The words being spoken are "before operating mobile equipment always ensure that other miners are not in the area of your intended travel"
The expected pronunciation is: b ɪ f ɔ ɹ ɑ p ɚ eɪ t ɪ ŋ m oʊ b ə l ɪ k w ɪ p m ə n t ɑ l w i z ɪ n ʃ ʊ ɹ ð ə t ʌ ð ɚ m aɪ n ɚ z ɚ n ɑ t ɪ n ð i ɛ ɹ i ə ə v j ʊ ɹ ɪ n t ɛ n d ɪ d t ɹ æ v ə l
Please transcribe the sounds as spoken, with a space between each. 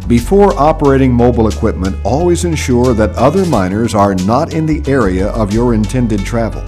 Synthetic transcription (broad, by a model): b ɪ f ɔ ɹ ɑ p ɚ eɪ t ɪ ŋ m oʊ b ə l ɪ k w ɪ p m ə n t ɑ l w i z ɪ n ʃ ʊ ɹ ð ə t ʌ ð ɚ m aɪ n ɚ z ɚ n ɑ t ɪ n ð i ɛ ɹ i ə ə v j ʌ ɹ ɪ n t ɛ n d ɪ d t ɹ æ v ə l